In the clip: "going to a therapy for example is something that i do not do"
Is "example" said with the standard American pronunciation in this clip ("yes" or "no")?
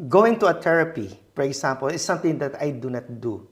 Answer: no